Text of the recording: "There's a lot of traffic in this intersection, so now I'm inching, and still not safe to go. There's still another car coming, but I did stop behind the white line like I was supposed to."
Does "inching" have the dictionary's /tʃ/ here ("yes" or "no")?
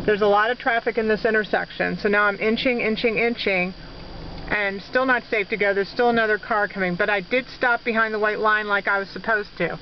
yes